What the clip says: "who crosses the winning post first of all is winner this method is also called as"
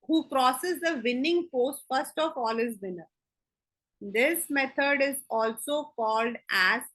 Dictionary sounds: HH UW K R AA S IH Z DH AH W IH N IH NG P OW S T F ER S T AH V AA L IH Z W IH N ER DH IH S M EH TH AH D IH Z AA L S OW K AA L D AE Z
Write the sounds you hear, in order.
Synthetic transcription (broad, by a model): HH UW K R AA S IH Z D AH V IH N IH NG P OW S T F ER S T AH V AA L IH Z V IH N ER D IH S M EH T AH D IH Z AA L S OW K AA L D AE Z